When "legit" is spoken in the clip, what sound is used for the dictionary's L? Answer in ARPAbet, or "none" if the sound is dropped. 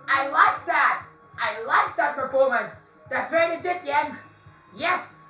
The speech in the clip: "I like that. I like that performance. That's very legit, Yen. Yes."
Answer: N